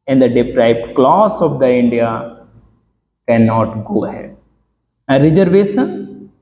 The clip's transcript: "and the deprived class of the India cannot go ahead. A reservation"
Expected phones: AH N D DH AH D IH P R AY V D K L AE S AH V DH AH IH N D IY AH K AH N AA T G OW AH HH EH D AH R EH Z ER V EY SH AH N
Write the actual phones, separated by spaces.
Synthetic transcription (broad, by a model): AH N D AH D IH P R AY B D K L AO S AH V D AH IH N D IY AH K AH N AA T G OW HH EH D AH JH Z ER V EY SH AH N